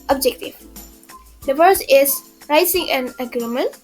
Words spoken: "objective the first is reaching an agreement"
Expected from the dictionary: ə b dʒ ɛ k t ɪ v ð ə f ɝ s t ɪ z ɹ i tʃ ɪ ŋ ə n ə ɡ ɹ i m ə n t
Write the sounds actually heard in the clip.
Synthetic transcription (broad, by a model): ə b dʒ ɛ k t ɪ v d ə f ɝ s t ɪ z ɹ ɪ s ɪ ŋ ə n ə ɡ ɹ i m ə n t